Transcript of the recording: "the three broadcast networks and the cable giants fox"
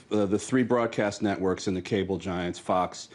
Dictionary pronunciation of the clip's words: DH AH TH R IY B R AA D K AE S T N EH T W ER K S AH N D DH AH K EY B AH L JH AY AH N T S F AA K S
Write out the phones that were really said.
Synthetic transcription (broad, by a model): DH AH TH R IY B R AA D K AE S T N EH T W ER K S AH N DH AH K EY B L JH AY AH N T S F AA K S